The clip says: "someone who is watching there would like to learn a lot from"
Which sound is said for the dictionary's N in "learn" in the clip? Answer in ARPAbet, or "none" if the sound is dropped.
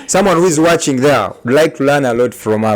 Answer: N